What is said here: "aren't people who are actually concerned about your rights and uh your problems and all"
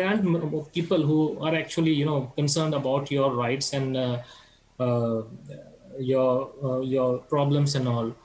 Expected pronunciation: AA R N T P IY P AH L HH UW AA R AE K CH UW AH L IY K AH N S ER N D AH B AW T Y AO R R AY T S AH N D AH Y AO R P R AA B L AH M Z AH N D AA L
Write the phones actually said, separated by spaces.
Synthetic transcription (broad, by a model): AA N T P IY P AH L HH UW AA R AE K CH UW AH L IY K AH N S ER N D AH B AW T Y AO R R AY T S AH N D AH Y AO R P R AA B L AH M S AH N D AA L